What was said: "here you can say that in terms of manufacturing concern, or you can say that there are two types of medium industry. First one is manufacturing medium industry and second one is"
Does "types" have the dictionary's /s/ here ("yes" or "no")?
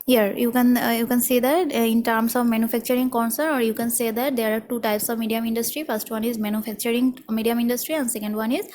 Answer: yes